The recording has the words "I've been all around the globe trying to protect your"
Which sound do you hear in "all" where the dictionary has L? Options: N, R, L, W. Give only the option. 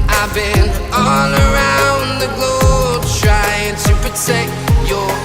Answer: N